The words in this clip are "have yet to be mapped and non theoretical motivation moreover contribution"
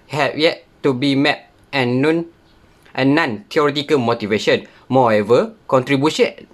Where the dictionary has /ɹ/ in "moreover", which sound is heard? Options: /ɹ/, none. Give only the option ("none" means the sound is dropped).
none